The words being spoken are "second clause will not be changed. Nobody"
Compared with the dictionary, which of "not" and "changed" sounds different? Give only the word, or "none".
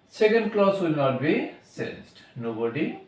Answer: changed